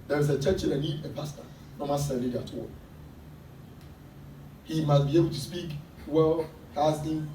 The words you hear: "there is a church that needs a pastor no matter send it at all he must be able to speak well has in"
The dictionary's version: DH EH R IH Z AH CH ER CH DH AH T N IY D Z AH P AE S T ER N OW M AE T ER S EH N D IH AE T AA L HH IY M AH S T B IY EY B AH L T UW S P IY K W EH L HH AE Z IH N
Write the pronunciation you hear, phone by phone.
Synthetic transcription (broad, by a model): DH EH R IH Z AH CH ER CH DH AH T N IY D AH P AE S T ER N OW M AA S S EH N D IH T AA HH IY M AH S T B IY EY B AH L T UW S P IY K W EH L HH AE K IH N